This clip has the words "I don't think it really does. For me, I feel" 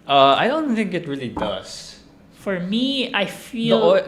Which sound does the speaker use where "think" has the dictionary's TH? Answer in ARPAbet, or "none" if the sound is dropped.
TH